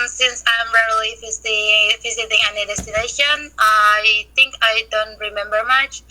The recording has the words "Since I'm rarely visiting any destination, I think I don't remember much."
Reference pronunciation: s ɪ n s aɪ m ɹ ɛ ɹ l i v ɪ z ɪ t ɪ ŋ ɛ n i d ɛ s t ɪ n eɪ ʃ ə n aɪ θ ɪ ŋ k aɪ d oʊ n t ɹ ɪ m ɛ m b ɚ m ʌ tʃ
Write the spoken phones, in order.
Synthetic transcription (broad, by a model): s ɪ n s aɪ m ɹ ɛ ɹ l i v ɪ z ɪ t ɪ ŋ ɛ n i d ɛ s t ɪ n eɪ ʃ ə n aɪ θ ɪ ŋ k aɪ d oʊ n t ɹ ɪ m ɛ m b ɚ m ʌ tʃ